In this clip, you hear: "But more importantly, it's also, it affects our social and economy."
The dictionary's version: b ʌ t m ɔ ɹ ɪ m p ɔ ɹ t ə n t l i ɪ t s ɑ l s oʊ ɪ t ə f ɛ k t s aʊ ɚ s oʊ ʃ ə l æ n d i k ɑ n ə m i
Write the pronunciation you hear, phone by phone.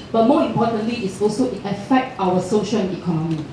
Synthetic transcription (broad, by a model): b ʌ t m ɔ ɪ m p ɔ t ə n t l i ɪ t s ɑ l s oʊ ɪ t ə f ɛ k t aʊ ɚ s oʊ ʃ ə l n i k ɑ n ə m i